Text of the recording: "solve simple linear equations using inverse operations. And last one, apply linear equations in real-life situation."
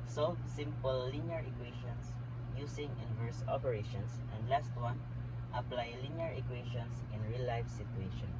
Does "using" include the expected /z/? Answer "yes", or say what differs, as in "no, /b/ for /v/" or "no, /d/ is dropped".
no, /s/ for /z/